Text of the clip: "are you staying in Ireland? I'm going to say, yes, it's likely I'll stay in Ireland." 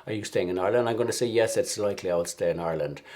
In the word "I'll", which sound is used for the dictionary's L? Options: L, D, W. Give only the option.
L